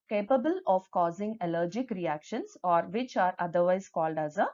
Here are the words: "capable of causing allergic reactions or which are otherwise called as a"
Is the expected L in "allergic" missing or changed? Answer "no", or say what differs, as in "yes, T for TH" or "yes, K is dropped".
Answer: no